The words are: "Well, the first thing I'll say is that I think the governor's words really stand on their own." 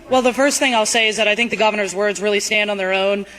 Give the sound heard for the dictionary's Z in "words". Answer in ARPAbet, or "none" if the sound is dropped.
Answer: Z